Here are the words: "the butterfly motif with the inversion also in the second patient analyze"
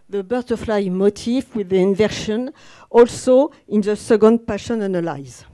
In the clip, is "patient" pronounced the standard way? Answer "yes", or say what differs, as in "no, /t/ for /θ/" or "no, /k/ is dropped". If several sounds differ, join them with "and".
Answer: no, /t/ is dropped